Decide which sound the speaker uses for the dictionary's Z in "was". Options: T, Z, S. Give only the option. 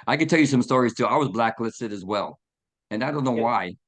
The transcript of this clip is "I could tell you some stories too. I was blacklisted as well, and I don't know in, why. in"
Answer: Z